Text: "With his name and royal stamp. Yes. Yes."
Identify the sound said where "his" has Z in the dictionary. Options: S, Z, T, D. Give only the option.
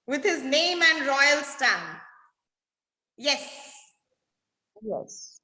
Z